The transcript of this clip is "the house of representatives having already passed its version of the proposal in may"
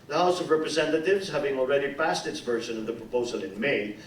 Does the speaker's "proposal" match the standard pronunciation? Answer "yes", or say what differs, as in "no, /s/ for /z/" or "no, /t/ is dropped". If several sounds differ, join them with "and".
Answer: yes